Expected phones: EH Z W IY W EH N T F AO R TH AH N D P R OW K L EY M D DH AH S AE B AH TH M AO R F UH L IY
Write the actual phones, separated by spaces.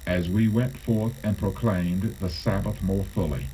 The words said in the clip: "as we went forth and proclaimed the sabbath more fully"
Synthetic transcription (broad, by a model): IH Z W IY W EH N T F AO R TH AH N P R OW K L EY M DH AH S AE B AH TH M AO R F UH L IY